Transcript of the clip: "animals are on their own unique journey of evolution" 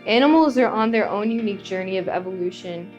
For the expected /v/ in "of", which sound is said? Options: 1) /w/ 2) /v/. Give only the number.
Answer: 2